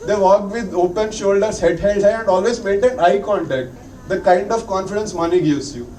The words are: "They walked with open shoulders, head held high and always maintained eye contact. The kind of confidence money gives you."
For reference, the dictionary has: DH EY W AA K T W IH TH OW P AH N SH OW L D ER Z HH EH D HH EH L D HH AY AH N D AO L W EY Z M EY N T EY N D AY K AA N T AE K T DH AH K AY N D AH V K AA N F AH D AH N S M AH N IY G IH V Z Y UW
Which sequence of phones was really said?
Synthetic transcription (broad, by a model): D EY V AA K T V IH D OW P AH N SH OW L D ER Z HH EH D HH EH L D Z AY AH N D AO L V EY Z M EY T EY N AY K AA N T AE K T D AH K AY N D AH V K AA N F AH D AH N S M AH N IY G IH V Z Y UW